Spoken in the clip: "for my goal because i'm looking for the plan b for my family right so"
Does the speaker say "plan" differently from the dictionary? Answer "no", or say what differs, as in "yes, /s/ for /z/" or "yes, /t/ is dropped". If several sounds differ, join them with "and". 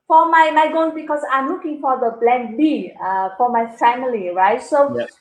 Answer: yes, /b/ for /p/